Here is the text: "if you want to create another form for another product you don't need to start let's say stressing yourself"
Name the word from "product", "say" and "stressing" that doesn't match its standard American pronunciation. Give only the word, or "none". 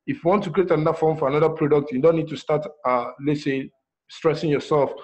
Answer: none